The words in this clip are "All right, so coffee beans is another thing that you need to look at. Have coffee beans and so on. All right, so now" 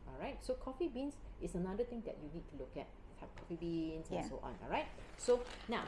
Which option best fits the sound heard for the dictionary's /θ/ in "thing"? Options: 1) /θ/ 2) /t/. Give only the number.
2